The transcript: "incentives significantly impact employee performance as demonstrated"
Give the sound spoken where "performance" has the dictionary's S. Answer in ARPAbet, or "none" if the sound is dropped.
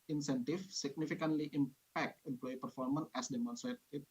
none